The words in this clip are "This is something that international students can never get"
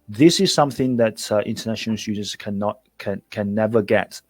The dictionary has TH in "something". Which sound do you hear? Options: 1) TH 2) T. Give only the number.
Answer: 1